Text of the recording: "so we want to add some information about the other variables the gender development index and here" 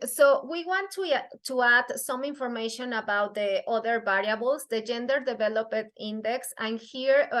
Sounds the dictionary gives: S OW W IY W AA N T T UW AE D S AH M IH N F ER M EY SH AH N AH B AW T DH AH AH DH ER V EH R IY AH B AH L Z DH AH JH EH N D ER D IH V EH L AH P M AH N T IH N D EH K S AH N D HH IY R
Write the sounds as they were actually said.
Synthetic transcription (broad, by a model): S OW W IY W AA N T T UW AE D S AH M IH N F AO M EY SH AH N AH B AW T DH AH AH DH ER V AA R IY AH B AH L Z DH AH JH EH N D ER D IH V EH L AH P AH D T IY N D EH K S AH N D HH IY R